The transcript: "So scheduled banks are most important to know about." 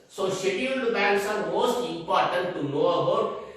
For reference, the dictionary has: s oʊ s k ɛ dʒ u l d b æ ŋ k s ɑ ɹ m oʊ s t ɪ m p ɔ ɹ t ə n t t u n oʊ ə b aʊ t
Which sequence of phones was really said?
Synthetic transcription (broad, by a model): s oʊ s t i u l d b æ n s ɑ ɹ m oʊ s t ɪ m p ɔ ɹ t ə n t t u n oʊ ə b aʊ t